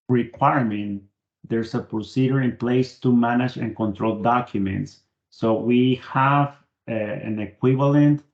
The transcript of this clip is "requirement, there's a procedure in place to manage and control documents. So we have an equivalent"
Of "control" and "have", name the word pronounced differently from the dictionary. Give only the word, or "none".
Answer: none